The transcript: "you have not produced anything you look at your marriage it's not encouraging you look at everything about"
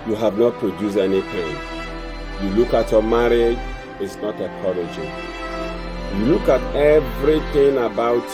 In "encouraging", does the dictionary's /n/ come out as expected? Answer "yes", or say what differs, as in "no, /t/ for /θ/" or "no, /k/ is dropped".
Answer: no, /n/ is dropped